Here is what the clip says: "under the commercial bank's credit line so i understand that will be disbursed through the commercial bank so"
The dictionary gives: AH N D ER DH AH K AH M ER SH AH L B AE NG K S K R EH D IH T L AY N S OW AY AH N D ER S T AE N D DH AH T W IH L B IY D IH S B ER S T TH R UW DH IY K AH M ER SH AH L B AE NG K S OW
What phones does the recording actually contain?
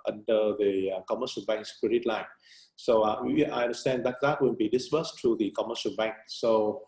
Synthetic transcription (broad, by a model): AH N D ER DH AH K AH M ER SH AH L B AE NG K S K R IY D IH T L AY N S OW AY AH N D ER S T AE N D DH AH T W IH N B IY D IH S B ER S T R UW DH IY K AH M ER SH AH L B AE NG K S OW